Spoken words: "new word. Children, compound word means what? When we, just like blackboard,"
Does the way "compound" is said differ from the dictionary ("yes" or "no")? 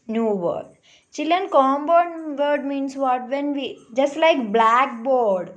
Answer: yes